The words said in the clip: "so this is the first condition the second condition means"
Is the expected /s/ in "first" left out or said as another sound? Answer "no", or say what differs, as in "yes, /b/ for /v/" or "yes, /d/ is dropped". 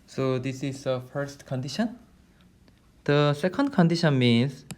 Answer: no